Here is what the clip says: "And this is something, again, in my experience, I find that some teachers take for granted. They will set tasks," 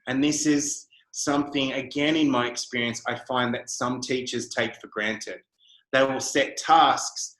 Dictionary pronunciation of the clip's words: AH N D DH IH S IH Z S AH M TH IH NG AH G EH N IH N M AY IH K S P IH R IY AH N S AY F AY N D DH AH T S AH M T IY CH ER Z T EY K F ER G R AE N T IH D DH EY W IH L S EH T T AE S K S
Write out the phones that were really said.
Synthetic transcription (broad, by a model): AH N DH IH S IH Z S AH M TH IH NG AH G EH N IH N M AY IH K S P IH R IY AH N S AY F AY N DH AH T S AH M T IY CH ER Z T EY K F ER G R AE N T IH D DH EY W IH L S EH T T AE S K S